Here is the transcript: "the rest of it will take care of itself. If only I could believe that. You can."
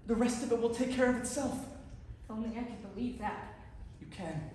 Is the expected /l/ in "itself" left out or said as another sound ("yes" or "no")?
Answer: no